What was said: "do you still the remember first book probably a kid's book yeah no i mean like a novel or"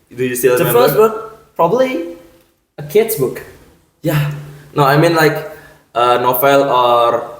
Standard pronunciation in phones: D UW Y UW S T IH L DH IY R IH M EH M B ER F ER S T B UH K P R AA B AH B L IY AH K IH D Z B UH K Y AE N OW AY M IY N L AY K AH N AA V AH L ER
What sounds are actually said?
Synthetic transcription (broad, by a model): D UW Y UW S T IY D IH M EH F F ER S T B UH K P R AA B AH B L IY AH K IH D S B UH K Y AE N OW AY M IY N L AY K AH N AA F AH L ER